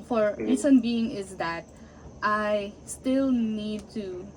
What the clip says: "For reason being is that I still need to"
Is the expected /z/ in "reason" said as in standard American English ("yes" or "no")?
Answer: no